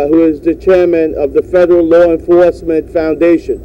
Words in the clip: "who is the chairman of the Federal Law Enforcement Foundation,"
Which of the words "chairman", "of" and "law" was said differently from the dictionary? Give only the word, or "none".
none